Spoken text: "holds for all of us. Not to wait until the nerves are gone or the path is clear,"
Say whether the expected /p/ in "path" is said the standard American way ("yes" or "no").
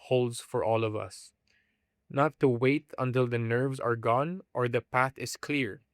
yes